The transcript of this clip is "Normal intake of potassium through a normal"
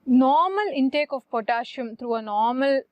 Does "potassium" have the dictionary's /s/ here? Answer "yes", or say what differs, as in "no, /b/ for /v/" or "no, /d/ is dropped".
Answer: no, /ʃ/ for /s/